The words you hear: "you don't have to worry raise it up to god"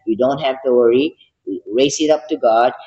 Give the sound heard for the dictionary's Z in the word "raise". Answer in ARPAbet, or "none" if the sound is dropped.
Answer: S